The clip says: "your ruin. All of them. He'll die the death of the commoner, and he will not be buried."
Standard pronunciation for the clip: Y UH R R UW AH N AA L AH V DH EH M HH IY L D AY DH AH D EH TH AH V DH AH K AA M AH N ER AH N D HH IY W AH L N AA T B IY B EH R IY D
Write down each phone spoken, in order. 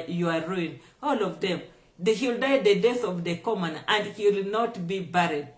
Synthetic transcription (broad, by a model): Y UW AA R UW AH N AA L AH V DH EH M HH IY L D AY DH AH D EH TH AH V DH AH K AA M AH N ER AH N D HH IY W L N AA T B IY B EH R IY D